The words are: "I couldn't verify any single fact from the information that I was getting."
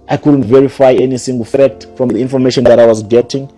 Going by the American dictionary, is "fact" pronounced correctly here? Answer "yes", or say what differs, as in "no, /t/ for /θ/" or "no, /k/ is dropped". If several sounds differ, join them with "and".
no, /k/ is dropped